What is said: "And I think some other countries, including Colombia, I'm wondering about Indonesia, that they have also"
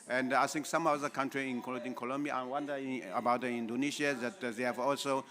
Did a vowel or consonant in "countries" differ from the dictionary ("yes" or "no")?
yes